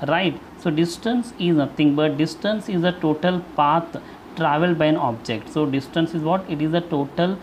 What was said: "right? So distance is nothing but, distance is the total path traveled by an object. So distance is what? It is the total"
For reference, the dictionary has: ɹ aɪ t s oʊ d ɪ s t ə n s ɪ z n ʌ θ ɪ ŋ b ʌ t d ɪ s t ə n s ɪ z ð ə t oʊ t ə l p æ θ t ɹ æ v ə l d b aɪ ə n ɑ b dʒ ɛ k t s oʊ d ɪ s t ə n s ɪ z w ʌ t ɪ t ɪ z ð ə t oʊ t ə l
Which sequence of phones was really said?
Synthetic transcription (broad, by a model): ɹ aɪ t s oʊ d ɪ s t ə n s ɪ z n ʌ t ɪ ŋ b ʌ t d ɪ s t ə n s ɪ z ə t oʊ t ə l p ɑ t t ɹ æ v ə l d b aɪ ə n ɑ b dʒ ɛ k t s oʊ d ɪ s t ə n s ɪ z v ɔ t ɪ t ɪ z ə t oʊ t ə l